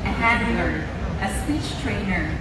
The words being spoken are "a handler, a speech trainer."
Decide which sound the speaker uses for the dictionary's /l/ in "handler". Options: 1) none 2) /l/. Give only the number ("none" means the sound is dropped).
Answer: 1